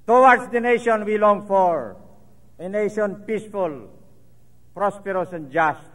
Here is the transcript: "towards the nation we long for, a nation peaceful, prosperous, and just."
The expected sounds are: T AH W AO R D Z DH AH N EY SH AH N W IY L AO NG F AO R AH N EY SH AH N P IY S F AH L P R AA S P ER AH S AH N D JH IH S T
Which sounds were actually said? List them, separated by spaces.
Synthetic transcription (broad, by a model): T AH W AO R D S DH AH N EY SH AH N W IY L AO NG F AO R AH N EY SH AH N P IY S F AH L P R AA S P ER AH S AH N JH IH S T